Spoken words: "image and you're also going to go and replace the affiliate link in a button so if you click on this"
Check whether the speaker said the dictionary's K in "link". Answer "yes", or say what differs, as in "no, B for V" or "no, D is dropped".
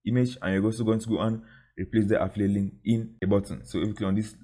no, K is dropped